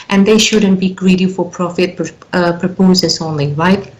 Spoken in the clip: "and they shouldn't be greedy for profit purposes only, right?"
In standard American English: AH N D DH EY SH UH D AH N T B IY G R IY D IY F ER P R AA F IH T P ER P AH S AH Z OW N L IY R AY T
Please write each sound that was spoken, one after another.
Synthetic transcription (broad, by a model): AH N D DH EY SH UH D AH N T B IY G R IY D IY F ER P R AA F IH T P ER P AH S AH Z OW N L IY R AY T